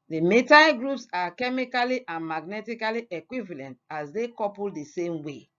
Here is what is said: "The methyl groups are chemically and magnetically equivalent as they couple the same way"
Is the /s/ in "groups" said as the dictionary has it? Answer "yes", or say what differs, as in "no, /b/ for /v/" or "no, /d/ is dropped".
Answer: yes